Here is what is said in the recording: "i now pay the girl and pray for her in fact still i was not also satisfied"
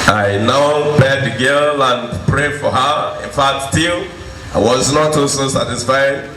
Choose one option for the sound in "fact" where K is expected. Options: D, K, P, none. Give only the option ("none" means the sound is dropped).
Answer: none